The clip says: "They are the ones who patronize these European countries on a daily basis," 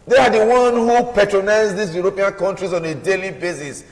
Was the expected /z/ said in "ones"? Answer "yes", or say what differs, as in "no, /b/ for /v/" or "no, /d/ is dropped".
no, /z/ is dropped